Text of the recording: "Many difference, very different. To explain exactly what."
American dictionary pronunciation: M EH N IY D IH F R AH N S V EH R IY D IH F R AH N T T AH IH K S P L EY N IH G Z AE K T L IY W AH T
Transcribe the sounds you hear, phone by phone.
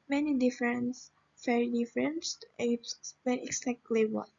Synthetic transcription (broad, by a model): M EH N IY D IH F R AH N S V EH R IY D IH F R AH N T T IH S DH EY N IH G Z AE K T L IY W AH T